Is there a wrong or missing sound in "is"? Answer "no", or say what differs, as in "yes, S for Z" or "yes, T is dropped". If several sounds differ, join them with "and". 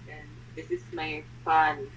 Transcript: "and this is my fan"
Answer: yes, S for Z